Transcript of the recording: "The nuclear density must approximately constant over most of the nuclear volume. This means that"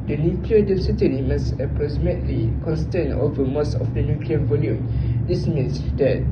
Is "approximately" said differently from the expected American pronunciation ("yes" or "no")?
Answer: yes